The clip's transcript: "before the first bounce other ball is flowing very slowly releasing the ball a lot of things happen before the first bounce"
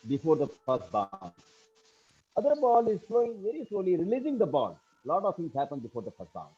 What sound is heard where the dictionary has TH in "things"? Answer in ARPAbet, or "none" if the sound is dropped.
T